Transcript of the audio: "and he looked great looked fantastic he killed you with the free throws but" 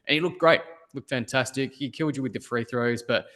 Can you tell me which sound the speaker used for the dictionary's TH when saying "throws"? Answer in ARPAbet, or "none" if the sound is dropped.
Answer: TH